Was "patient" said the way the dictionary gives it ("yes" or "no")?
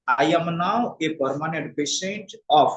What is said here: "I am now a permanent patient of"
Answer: no